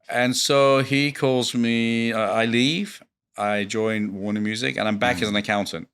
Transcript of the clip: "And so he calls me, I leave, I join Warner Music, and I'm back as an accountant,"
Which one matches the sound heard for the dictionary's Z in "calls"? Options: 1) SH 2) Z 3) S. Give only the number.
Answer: 2